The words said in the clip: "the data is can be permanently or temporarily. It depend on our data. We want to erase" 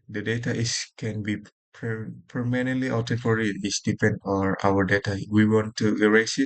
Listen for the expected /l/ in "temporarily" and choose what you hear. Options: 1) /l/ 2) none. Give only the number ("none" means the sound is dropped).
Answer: 2